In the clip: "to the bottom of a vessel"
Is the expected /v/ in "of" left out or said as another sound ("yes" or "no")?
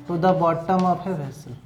yes